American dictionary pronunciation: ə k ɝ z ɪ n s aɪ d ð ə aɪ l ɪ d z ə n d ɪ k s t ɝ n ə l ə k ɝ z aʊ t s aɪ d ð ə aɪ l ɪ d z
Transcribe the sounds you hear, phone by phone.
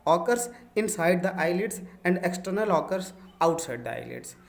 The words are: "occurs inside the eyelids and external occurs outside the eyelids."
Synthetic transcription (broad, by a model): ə k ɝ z ɪ n s aɪ d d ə aɪ l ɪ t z ə n d ɪ k s t ɝ n ə l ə k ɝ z aʊ t s aɪ d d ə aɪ l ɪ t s